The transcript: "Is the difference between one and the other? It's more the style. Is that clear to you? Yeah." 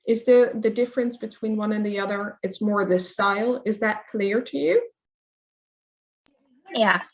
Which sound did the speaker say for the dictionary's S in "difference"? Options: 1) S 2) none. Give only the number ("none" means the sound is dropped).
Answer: 1